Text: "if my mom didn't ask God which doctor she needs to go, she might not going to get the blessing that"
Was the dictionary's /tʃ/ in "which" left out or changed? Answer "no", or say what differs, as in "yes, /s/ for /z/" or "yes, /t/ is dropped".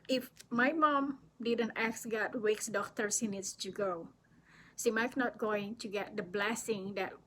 yes, /s/ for /tʃ/